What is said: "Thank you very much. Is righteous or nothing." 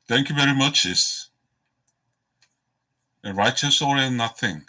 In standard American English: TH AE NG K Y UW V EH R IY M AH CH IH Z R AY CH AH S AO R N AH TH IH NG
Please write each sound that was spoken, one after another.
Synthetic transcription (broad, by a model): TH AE NG K Y UW V EH R IY M AH CH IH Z R AY CH AH S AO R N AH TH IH NG